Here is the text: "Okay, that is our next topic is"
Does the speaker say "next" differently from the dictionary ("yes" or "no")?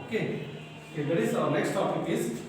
no